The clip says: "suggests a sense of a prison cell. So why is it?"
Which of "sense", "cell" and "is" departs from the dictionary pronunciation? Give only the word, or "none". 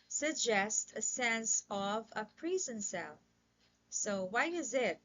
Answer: none